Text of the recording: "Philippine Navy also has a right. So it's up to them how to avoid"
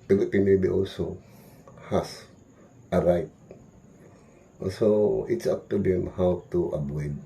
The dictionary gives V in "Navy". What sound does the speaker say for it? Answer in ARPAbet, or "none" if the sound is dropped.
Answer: B